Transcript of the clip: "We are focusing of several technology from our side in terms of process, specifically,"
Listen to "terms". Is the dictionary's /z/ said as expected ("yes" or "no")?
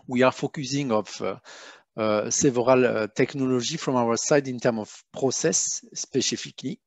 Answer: no